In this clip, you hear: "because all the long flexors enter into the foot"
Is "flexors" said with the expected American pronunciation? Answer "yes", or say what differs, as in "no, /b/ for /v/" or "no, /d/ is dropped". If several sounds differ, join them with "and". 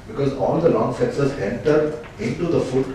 no, /l/ is dropped